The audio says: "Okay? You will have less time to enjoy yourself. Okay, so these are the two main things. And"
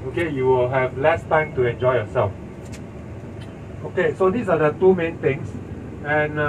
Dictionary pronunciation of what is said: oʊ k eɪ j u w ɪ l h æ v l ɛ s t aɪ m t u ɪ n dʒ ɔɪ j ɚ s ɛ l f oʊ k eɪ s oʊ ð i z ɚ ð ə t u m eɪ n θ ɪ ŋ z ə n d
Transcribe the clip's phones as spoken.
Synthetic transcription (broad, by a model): oʊ k eɪ j u w ɪ l h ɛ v l ɛ s t aɪ m t u ɪ n dʒ ɔɪ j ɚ s ɛ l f oʊ k eɪ s oʊ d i s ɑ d ə t u m eɪ n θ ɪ ŋ s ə n